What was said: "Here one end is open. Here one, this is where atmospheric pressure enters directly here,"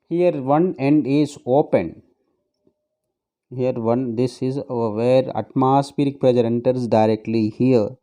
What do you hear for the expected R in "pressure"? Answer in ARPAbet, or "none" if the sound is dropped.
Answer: L